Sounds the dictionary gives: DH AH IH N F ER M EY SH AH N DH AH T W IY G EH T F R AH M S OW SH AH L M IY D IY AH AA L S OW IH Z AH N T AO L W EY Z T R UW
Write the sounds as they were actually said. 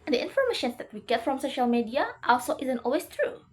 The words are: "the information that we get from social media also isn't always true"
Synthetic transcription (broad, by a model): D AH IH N F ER M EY SH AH N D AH T W IY G EH T F R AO M S OW SH AH L M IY D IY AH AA L S OW IH Z AH N T AO L W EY S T R UW